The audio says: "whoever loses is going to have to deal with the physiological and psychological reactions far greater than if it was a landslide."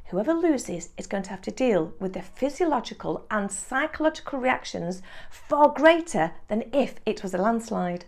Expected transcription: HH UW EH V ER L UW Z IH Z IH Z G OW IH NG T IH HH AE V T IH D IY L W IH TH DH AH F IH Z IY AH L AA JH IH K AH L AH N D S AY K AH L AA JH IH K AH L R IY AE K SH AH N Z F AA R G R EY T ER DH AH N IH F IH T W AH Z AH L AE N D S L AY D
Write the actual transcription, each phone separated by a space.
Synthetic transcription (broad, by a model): HH UW EH V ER L UW Z IH Z IH Z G OW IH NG T IH HH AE F T IH D IY L W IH DH AH F IH Z IY AH L AA JH IH K AH L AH N S AY K AH L AA JH IH K AH L R IY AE K SH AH N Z F AA R G R EY T ER DH AH N IH F IH T W AH Z AH L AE N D S L AY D